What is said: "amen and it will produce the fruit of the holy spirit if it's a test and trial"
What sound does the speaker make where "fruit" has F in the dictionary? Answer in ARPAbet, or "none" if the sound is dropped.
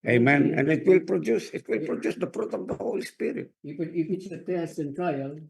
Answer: P